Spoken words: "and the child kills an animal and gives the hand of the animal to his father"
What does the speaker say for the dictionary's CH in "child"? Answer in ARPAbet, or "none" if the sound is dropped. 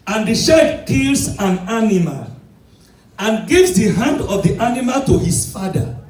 SH